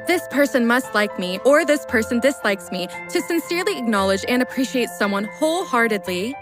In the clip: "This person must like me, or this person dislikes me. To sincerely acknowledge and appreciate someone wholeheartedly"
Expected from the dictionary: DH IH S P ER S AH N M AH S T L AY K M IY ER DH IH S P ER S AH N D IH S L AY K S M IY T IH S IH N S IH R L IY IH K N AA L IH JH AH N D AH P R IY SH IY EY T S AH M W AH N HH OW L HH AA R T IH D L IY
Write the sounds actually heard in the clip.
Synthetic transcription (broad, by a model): DH IH S P ER S AH N M AH S T L AY K M IY ER DH IH S P ER S AH N D IH S L AY K S M IY T IH S IH N S IH R L IY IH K N AA L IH JH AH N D AH P R IY SH IY EY T S AH M W AH N HH OW L HH AA R T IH D L IY